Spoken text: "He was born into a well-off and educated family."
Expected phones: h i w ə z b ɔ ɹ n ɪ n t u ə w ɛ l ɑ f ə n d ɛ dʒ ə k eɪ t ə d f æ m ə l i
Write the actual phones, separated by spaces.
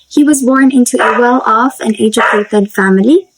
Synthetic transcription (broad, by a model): h i w ə z b ɔ ɹ n ɪ n t u ə w ɛ l ɑ f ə n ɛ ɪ dʒ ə eɪ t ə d f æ m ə l i